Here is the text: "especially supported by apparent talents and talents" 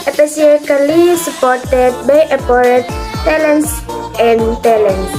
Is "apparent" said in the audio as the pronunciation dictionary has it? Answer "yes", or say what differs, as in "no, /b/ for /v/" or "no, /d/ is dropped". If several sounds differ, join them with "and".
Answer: no, /n/ is dropped